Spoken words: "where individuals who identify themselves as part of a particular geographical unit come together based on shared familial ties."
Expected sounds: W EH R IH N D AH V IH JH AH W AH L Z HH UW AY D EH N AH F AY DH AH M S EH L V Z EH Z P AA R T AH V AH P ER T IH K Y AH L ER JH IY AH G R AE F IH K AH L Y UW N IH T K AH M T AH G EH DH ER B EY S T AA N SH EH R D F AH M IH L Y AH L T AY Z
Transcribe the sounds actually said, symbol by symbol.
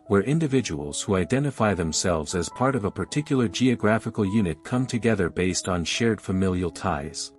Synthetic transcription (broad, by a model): W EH R IH N D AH V IH JH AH W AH L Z HH UW AY D EH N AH F AY DH AH M S EH L V Z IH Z P AA R T AH V AH P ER T IH K Y L ER JH IY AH G R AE F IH K L Y UW N IH T K AH M T AH G EH DH ER B EY S T N SH EH R D F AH M IH L Y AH L T AY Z